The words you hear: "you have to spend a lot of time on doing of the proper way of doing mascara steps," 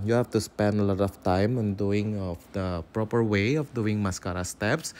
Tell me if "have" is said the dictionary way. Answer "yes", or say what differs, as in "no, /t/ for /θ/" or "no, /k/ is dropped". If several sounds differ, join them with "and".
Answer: no, /f/ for /v/